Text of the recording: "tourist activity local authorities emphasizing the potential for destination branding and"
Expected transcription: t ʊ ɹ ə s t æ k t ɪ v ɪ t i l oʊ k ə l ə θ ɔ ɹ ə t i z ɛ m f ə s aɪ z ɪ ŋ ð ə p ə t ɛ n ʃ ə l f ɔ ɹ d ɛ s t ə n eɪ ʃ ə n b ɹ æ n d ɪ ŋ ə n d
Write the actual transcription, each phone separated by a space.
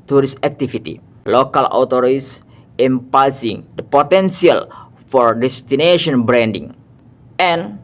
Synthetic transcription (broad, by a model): t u ɹ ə s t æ k t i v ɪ t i l oʊ k ə l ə t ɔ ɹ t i s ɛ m p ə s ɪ ŋ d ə p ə t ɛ n s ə l f ɔ ɹ d ɛ s t ə n eɪ ʃ ə n b ɹ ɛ n d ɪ ŋ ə n